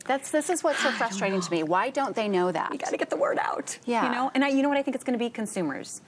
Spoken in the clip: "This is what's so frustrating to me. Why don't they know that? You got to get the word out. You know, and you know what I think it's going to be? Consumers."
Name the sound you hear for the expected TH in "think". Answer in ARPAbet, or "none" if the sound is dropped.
TH